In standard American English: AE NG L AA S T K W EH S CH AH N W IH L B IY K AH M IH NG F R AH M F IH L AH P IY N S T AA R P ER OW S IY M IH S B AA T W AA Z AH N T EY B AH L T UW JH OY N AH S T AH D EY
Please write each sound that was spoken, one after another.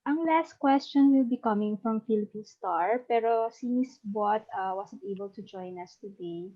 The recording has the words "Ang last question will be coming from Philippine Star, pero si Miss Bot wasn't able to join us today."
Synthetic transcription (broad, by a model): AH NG L AA S T K W EH S CH AH N W IH L B IY K AH M IH NG F R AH M F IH L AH P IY N S T AA R P ER OW S IY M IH S B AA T W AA S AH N T EY B AH L T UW JH OY N AH S T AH D EY